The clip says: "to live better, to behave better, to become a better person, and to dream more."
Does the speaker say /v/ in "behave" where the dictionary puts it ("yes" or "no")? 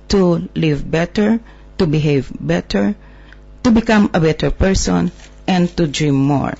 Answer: yes